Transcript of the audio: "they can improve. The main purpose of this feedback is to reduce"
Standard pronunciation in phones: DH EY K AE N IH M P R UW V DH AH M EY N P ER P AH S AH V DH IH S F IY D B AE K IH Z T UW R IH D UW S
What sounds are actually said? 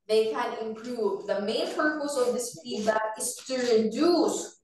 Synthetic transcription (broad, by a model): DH EY K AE N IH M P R UW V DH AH M EY N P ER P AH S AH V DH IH S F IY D AE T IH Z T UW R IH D UW S